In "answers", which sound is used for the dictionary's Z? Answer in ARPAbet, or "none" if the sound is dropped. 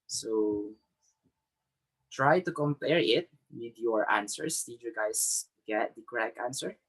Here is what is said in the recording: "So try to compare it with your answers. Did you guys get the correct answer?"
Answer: S